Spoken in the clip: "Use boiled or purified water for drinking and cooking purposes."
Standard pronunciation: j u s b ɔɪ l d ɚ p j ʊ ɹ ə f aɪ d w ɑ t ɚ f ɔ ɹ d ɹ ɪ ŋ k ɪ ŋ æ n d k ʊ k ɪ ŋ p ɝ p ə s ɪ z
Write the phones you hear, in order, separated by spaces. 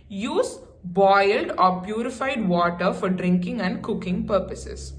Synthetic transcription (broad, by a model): j u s b ɔɪ l d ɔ p j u ɹ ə f aɪ d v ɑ t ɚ f ɔ ɹ d ɹ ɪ ŋ k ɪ ŋ æ n d k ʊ k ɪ ŋ p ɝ p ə s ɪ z